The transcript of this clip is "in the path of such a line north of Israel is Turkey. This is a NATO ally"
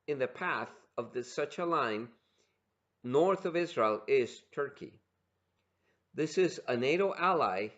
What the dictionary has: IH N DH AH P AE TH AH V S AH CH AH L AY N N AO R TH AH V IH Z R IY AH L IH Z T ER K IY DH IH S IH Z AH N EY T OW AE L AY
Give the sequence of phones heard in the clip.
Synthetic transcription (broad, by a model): IH N DH AH P AE TH AH V S AH CH AH L AY N N AO R TH AH V IH Z R IY AH L IH Z T ER K IY DH IH S IH Z AH N EY T OW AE L AY